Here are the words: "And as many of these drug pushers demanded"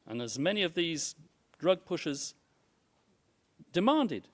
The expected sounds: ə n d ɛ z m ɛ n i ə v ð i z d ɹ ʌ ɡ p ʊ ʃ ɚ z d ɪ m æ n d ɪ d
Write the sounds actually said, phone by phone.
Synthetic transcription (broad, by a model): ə n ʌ z m ɛ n i ə v ð i z d ɹ ʌ ɡ p ʊ ʃ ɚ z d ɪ m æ n d ɪ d